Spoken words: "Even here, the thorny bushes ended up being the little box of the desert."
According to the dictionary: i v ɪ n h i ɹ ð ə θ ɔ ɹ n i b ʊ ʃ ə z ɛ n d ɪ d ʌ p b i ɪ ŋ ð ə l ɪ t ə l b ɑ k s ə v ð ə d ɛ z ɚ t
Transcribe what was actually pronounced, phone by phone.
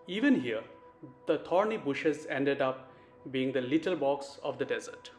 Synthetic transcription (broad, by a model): i v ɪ n h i ɹ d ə t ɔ ɹ n i b ʊ ʃ ə z ɛ n d ɪ d ʌ p b i ɪ ŋ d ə l ɪ t ə l b ɑ k s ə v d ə d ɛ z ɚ t